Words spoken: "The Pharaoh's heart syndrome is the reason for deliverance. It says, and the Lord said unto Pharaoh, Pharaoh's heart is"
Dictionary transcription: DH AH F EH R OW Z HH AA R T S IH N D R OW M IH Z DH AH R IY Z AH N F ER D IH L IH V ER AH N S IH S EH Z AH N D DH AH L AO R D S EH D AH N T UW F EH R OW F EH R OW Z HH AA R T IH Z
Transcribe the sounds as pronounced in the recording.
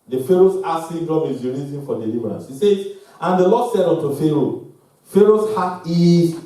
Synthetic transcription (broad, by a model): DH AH F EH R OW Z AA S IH D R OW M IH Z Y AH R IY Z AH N F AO D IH L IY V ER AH N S IH S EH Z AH N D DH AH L AO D S EH D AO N T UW F EH R OW F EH R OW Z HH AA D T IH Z